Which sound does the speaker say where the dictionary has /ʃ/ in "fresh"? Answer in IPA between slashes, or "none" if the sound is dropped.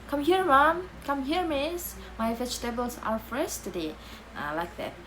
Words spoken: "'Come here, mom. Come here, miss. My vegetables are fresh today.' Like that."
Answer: /s/